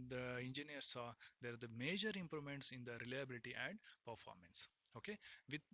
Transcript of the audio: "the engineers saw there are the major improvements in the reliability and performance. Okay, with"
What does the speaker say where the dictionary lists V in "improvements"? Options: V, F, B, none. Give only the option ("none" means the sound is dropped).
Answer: none